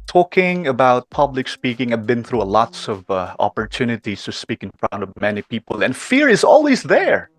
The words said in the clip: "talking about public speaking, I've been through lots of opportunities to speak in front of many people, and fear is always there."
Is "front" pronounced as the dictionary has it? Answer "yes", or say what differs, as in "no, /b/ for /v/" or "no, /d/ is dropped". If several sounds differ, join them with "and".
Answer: no, /p/ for /f/